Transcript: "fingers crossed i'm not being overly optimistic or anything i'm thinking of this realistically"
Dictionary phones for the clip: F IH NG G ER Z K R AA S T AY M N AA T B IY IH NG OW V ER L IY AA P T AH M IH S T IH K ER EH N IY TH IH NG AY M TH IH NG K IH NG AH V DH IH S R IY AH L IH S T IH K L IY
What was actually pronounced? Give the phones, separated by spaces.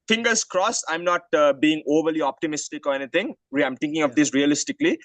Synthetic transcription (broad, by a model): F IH NG G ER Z K R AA S AY M N AA T B IY IH NG OW V ER L IY AA P T AH M IH S T IH K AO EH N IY T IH NG AY M T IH NG K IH NG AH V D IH S R IY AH L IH S T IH K L IY